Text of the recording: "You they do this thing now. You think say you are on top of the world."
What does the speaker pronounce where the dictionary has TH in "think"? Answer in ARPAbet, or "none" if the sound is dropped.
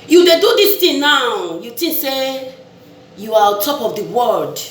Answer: T